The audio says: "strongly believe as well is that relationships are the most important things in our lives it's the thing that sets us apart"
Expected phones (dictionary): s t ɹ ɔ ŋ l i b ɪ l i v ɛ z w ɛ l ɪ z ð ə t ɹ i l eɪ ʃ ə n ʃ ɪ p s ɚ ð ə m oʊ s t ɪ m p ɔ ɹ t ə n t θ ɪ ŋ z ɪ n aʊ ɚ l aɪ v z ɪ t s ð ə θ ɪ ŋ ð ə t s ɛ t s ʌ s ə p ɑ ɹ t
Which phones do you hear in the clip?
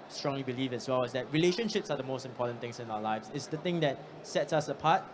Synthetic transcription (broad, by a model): s t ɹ ɔ ŋ l i b ɪ l i v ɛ s w ɛ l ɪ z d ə t ɹ i l eɪ ʃ ə n ʃ ɪ p s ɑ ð ə m oʊ s t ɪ m p ɔ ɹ t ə n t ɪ ŋ s ɪ n aʊ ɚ l aɪ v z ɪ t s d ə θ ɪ ŋ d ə t s ɛ t s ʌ s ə p ɑ t